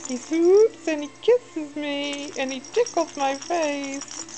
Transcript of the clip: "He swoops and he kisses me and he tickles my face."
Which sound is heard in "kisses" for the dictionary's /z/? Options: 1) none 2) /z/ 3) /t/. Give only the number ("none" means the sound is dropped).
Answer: 2